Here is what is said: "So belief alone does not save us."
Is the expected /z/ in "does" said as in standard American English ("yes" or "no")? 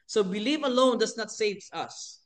no